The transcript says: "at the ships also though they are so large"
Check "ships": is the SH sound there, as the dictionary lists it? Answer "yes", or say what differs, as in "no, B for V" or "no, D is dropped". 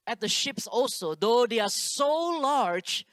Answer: yes